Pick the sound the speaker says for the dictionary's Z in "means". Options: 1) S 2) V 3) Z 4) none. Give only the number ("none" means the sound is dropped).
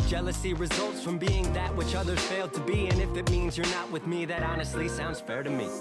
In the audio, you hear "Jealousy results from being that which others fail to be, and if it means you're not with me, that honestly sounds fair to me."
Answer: 3